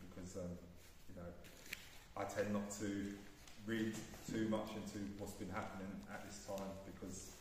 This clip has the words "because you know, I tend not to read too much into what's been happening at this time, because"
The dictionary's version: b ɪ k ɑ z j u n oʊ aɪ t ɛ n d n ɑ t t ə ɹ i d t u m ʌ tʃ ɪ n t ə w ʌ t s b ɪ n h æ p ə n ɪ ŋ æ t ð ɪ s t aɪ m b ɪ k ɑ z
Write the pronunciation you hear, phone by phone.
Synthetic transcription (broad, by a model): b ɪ k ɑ z j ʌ n oʊ aɪ t ɛ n n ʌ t t ə ɹ i d t u m ʌ tʃ ɪ n t ə w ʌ t s b ɪ n h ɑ p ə n ɪ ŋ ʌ t ð ɪ s t aɪ m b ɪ k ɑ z